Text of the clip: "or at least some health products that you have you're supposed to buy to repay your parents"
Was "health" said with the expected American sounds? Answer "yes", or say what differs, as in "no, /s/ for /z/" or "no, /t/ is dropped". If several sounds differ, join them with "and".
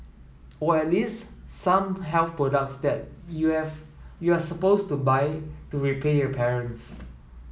no, /f/ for /θ/